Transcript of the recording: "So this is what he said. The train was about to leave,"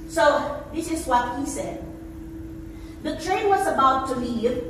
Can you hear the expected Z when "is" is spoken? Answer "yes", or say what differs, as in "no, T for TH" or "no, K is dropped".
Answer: yes